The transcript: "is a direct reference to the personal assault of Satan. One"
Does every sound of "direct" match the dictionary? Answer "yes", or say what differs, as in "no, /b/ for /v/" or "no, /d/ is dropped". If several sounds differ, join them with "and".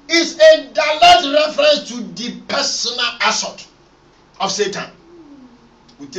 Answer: no, /l/ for /ɹ/ and /k/ is dropped